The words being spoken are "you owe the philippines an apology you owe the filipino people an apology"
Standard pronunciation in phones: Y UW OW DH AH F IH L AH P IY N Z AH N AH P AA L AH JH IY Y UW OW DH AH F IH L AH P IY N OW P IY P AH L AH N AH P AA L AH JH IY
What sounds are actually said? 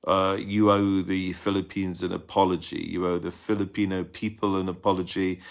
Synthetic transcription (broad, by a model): Y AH OW DH AH F IH L AH P IY N Z AH N AH P AA L AH JH IY Y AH OW DH AH F IH L AH P IY N OW P IY P AH L AH N AH P AA L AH JH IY